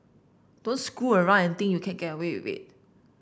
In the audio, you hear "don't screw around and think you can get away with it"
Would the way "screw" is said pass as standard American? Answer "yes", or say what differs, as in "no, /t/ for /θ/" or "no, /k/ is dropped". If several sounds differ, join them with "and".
no, /ɹ/ is dropped